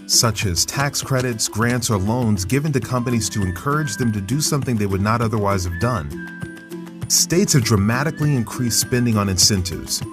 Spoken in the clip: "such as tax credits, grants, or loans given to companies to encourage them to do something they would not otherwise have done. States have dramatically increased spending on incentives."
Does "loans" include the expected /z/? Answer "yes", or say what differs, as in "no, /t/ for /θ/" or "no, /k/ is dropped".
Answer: yes